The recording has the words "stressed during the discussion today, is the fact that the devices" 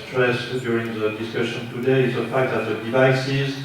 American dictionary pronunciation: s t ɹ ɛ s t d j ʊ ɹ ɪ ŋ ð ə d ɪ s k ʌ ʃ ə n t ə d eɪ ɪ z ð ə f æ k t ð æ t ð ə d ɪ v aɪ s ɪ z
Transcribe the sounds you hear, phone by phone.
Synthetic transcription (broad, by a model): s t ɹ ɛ s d j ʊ ɹ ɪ ŋ ð ə d ɪ s k ʌ ʃ ə n t ə d eɪ ɪ z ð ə f æ k t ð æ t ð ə d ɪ v aɪ s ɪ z